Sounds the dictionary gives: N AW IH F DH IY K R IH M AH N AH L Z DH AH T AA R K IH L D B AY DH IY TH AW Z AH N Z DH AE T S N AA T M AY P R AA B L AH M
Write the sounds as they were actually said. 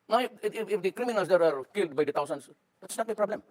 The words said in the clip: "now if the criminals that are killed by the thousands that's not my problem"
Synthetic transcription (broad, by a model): N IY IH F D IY K R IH M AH N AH L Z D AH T AA R K IH L D B AY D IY T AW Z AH N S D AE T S N AA T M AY P R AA B L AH M